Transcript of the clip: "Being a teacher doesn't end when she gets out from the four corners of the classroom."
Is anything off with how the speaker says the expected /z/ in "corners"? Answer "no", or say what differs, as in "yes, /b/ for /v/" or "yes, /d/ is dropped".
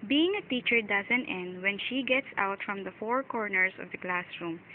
yes, /s/ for /z/